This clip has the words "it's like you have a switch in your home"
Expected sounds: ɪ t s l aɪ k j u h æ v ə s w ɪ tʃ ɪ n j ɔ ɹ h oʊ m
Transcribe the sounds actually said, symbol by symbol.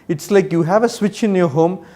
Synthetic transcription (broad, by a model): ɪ t s l aɪ k j u h æ v ə s w ɪ tʃ ɪ n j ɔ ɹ h oʊ m